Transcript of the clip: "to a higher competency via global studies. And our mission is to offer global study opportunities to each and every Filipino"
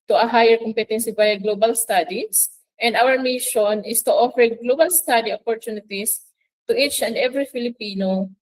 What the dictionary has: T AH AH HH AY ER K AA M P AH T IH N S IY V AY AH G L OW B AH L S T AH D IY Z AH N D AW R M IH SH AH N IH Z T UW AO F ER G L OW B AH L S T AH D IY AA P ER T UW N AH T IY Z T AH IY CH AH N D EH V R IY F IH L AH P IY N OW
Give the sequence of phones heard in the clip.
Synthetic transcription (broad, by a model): T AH AH HH AY ER K AA M P AH T IH N S IY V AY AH G L OW B AH L S T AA D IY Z AH N D AW R M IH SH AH N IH S T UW AO F ER G L OW B AH L S T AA D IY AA P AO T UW N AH T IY S T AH IY CH AH N D EH V R IY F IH L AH P IY N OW